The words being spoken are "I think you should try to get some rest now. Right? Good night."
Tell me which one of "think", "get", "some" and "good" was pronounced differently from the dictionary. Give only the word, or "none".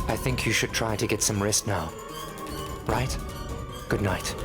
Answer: none